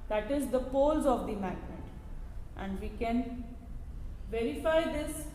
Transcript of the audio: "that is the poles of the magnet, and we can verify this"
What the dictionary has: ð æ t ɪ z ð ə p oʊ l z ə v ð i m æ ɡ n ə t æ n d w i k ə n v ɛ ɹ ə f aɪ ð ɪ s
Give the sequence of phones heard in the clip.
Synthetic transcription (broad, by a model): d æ t ɪ z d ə p oʊ l z ə v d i m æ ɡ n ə t æ n d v i k ə n v ɛ ɹ ə f aɪ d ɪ s